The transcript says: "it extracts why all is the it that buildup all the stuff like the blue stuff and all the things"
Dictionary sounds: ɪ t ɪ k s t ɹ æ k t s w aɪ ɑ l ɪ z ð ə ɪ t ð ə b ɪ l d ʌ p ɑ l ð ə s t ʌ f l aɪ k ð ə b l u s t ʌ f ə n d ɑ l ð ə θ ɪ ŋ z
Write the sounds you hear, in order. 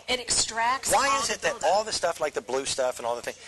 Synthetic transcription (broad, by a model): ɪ t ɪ k s t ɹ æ k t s w aɪ ɪ z ɪ t ð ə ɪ d ɑ l ð ə s t ʌ f l aɪ k ð ə b l u s t ʌ f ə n ɑ l ð ə θ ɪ ŋ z